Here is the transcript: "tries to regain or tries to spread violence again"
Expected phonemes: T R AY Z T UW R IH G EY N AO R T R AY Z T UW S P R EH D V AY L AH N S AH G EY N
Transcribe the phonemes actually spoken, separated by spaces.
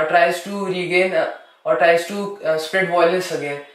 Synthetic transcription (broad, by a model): T R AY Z T UW R IH G EY N AO R T R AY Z T UW S P R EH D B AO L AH S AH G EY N